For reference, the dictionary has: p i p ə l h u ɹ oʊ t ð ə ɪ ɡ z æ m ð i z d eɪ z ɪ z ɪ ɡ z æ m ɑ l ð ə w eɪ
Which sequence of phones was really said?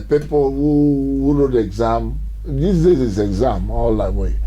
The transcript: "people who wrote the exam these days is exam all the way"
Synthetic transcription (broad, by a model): p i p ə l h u w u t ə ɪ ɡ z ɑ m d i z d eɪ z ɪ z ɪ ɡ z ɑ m ɑ l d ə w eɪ